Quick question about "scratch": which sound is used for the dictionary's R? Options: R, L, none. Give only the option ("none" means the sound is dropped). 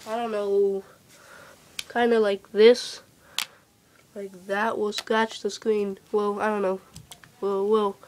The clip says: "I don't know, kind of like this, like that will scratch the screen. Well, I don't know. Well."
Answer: none